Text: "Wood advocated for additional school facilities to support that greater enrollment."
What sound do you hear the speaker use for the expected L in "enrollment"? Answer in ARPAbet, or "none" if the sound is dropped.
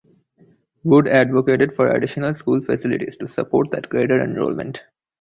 L